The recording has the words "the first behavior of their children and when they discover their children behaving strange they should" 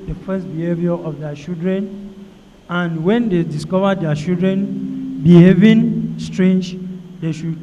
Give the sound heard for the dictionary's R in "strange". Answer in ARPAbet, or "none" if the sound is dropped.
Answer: R